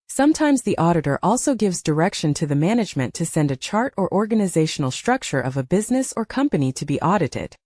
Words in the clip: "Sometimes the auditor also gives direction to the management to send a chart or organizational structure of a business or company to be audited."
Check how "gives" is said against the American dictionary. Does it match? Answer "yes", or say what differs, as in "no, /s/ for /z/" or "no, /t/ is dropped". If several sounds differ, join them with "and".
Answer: yes